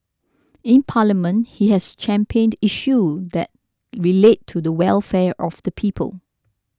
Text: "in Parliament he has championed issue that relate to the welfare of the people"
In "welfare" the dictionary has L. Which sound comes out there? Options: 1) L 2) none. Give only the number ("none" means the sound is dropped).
1